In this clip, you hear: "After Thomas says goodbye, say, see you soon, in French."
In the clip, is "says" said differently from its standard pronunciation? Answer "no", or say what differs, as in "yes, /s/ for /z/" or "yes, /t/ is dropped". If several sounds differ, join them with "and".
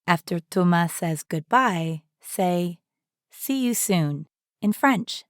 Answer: no